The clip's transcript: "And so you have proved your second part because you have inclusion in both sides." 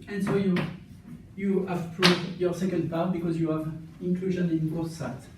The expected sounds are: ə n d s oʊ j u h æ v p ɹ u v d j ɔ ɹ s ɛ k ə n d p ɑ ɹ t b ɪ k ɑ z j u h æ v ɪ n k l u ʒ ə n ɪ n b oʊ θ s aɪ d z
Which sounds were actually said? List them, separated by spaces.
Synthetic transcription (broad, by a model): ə n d s oʊ j u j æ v p ɹ u v d j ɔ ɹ s ɛ k ə n d p ɑ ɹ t b ɪ k ɑ z j u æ v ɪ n k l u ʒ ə n ɪ n b oʊ θ s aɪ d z